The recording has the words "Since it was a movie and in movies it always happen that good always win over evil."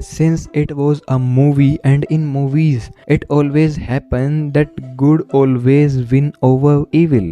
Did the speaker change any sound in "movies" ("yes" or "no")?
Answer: no